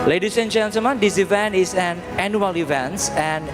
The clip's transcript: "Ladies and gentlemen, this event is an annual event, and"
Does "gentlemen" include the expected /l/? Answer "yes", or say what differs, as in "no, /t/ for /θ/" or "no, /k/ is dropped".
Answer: no, /l/ is dropped